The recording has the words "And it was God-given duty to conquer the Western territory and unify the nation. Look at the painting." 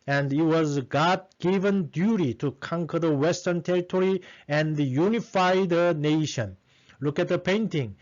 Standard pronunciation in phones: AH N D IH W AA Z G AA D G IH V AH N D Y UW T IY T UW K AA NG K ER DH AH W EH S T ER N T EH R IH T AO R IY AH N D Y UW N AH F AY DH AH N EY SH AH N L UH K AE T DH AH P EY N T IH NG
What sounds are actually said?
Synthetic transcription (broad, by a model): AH N D IH W AA Z G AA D G IH V AH N D Y UW T IY T UW K AA NG K ER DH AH W EH S T ER N T EH R IH T AO R IY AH N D Y UW N AH F AY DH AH N EY SH AH N L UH K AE T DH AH P EY N T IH NG